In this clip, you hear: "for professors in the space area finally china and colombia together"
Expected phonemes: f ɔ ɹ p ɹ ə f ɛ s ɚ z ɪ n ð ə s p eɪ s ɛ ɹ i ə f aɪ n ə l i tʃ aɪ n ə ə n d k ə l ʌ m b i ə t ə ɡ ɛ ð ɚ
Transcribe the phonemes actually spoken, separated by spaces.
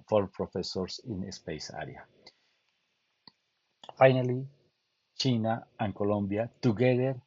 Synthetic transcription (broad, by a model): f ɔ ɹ p ɹ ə f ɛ s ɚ s ɪ n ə s p eɪ s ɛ ɹ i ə f aɪ n ə l i tʃ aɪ n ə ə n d k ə l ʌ m b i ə t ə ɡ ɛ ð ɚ